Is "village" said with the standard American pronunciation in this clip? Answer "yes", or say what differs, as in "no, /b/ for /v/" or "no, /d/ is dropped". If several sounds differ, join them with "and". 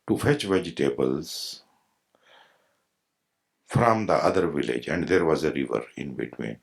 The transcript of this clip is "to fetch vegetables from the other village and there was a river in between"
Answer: yes